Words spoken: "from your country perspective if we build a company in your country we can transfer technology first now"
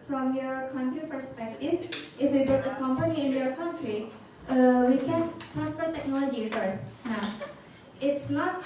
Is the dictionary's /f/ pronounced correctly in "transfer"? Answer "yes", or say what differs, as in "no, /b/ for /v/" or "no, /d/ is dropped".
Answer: no, /p/ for /f/